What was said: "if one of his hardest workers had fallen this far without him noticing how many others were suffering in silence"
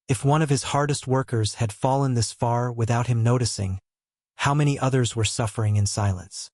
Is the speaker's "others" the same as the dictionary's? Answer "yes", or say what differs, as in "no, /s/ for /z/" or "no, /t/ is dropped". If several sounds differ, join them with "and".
yes